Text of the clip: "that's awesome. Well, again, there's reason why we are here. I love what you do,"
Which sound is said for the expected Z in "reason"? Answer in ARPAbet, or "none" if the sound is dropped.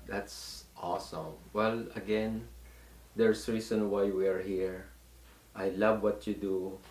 S